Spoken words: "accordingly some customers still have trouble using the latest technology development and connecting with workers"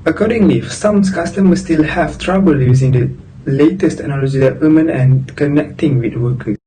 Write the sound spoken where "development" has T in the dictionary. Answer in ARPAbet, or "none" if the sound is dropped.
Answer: none